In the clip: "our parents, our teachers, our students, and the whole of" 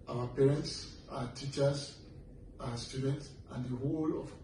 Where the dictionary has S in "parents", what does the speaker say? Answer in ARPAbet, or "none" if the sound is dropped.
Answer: S